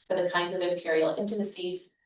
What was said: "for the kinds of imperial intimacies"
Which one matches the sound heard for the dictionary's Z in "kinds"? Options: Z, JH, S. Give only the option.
Z